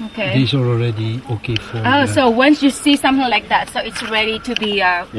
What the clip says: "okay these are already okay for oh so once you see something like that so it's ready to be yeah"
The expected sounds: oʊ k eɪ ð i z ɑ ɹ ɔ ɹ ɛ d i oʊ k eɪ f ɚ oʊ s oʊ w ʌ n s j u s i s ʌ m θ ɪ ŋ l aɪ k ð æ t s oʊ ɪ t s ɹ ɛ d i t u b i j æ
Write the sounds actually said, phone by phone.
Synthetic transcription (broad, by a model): oʊ k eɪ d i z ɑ l ɔ ɹ ɛ d i oʊ k eɪ f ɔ oʊ s oʊ w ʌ n s j u s i s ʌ m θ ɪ ŋ l aɪ k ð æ t s oʊ ɪ t s ɹ ɛ d i t u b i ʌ